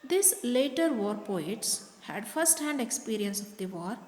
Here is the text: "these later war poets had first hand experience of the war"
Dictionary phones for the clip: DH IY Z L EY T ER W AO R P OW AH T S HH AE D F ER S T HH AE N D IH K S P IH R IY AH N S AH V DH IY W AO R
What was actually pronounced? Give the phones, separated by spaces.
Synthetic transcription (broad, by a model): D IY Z L EY T ER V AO R P OW AH T S HH AE D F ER S T HH AE N D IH K S P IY R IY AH N S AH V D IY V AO R